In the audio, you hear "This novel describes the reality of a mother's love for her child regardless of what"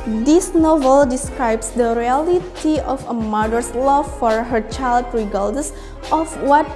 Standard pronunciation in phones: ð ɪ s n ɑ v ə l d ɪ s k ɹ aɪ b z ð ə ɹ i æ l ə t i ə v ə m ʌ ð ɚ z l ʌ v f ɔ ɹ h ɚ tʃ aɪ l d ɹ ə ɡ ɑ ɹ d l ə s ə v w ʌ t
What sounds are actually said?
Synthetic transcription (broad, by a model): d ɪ s n ɑ v ə l d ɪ s k ɹ aɪ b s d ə ɹ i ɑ l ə t i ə f ə m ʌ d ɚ s l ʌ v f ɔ ɹ h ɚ tʃ aɪ l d ɹ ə ɡ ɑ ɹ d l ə s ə f w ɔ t